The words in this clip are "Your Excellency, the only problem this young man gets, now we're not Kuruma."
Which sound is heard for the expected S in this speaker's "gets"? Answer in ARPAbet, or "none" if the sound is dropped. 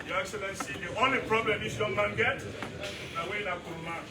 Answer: none